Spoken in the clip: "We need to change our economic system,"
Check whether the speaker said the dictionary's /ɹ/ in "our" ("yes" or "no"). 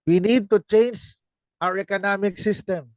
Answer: yes